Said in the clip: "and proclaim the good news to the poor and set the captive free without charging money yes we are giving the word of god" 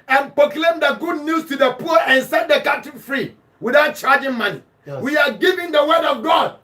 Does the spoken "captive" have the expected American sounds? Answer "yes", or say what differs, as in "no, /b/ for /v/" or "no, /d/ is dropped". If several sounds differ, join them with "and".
no, /p/ is dropped